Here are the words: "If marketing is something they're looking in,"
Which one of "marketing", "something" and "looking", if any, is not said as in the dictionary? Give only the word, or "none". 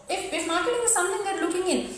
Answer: something